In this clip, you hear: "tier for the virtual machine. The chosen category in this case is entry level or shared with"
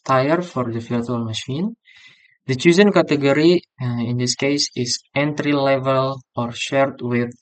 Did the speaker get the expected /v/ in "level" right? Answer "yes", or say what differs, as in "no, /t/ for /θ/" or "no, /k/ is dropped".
yes